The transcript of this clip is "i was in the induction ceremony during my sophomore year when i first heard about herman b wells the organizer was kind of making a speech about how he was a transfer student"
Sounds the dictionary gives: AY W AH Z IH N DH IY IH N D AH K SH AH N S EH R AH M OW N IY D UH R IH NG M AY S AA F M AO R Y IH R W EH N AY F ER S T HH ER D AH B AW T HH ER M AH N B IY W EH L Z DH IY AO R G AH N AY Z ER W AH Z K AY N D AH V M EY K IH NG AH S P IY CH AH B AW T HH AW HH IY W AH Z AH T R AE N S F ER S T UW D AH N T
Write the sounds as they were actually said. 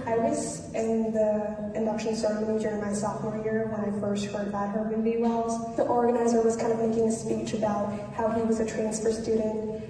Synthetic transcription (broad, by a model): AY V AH S IH N DH IY IH N D AH K SH AH N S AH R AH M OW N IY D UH R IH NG M AY S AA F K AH R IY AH R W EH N AY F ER S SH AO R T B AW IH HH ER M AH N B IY W EH L Z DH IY AO R G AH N AY Z ER W AH Z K AY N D AH V M EY K IH NG AH S P IY CH AH B AW T HH AW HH IY W AH Z AH T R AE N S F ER S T UW D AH N T